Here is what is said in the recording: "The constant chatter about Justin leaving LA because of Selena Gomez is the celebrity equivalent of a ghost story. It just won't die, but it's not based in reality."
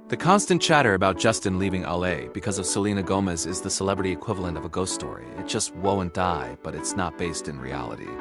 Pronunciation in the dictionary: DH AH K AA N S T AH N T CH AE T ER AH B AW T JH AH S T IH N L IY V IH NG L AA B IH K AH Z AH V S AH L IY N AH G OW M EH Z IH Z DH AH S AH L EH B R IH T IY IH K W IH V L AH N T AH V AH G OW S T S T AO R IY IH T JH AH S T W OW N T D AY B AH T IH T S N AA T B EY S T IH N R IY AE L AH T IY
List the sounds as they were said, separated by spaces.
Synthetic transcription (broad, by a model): DH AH K AA N S T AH N CH AE T ER AH B AW T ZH AH S T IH N L IY V IH NG L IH B IH K AH Z AH V S AH L IY N AH G OW M EH Z IH Z DH AH S AH L EH B R IH T IY IH K W IH V L AH N T AH V AH G OW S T S T AO R IY IH T JH AH S T W OW N D AY B AH T IH T S N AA T B EY S T IH N R IY AE L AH T IY